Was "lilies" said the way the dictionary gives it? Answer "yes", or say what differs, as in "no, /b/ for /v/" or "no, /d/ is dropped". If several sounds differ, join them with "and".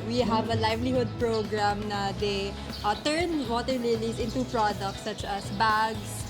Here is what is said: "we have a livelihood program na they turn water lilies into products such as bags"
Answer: no, /s/ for /z/